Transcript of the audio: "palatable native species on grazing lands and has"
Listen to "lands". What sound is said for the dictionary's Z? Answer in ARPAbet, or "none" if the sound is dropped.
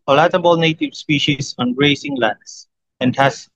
S